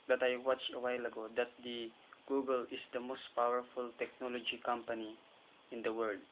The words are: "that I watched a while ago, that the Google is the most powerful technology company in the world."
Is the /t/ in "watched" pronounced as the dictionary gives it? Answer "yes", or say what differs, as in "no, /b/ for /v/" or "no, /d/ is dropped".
no, /t/ is dropped